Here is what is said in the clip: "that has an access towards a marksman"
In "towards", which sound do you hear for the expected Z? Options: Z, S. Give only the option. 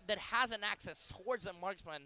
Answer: Z